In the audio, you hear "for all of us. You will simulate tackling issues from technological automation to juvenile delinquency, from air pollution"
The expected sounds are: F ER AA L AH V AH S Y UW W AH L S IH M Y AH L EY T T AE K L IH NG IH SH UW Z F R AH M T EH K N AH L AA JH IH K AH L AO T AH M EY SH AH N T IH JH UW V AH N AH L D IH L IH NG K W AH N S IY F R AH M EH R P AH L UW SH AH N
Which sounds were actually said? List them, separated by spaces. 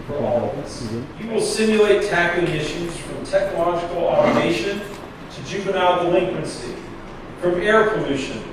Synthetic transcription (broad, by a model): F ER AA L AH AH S Y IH W AH L S IH M Y L EY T T AE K IH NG IH SH UW Z F R AH M T EH K N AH L AA JH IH K L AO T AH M EY SH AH N T IH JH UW P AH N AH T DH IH L IH NG K W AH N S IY F R AH M EH R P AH L UW SH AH N